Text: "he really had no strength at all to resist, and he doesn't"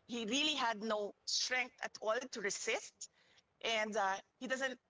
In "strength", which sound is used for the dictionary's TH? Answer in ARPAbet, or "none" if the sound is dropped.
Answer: T